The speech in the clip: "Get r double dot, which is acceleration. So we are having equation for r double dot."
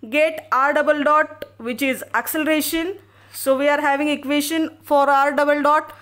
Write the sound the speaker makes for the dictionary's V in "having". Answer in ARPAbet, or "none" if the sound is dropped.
V